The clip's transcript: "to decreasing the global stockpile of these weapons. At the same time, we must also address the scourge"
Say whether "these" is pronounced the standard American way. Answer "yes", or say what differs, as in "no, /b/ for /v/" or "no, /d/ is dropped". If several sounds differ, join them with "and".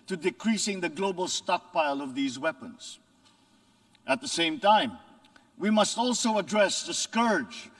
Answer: yes